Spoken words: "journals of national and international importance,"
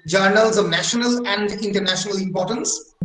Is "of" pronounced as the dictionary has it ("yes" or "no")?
yes